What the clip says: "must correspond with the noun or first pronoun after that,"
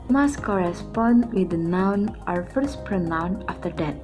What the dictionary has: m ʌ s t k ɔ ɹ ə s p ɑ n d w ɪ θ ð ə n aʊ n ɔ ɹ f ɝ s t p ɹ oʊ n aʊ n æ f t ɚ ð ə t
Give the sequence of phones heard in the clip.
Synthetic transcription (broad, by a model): m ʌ s k ɔ ɹ ə s p ɑ n d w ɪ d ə n aʊ n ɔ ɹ f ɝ s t p ɹ oʊ n aʊ n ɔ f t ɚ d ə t